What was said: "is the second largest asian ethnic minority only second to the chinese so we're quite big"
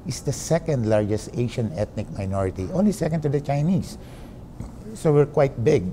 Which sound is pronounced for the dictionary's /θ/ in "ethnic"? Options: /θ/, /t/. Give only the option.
/t/